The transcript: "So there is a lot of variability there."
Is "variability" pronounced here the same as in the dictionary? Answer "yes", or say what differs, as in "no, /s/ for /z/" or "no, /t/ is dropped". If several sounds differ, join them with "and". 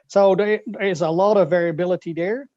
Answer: yes